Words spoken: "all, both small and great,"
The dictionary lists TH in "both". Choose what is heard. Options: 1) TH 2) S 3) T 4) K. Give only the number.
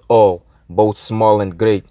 1